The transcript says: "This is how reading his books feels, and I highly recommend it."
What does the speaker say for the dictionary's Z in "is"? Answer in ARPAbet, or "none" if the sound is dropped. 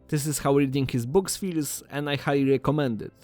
S